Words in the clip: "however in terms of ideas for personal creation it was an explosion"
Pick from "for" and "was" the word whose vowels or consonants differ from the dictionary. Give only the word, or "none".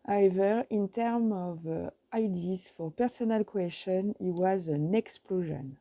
none